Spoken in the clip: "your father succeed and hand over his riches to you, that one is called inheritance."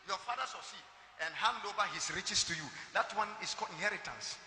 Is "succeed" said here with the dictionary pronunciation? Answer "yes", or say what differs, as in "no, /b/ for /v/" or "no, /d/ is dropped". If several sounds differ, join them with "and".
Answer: no, /k/ is dropped and /d/ is dropped